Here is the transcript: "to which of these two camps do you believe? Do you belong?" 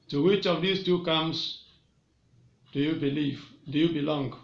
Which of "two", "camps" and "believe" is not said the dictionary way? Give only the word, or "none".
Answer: camps